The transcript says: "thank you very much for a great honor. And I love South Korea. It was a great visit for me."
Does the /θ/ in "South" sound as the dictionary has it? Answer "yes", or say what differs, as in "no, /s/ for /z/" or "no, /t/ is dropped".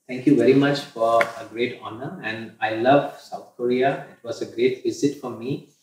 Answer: no, /t/ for /θ/